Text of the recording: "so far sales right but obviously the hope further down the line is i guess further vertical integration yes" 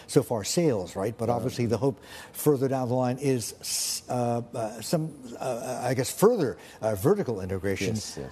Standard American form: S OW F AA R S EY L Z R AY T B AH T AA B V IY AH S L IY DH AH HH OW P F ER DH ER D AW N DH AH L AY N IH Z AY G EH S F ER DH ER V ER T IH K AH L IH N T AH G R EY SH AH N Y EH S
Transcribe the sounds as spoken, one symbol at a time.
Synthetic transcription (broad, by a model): S OW F AA R S EY L Z R AY T B AH T AA B V IY AH S L IY DH AH HH OW P F ER DH ER D AW N DH AH L AY N IH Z AY G EH S F ER DH ER V ER T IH K L IH N T AH G R EY SH AH N